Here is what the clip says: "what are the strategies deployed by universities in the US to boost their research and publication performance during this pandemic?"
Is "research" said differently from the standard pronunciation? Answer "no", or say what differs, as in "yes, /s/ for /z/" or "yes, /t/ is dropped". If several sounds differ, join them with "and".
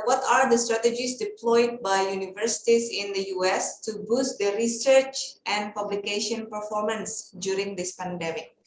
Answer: no